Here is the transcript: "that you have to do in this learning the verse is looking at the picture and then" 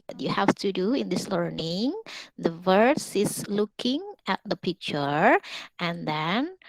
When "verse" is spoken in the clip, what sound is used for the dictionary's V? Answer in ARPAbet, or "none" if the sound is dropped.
V